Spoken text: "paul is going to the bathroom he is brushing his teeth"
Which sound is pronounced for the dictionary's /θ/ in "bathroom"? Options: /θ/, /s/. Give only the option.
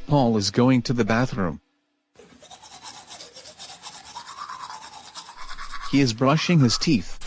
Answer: /θ/